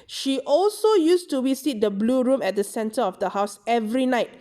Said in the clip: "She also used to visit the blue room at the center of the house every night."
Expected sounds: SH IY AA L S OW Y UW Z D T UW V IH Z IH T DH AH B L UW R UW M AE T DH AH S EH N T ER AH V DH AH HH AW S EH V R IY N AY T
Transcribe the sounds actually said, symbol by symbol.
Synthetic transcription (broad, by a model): SH IY AA L S OW Y UW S T UW W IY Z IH T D AH B L UW R UW M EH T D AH S EH N T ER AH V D AH HH AW S EH V R IY N AY T